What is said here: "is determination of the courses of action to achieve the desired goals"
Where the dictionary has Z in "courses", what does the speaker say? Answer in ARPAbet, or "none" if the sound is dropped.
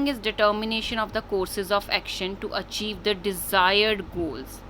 Z